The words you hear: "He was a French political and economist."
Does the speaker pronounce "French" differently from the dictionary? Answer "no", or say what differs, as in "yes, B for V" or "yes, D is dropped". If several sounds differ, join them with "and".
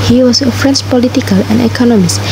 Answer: yes, S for CH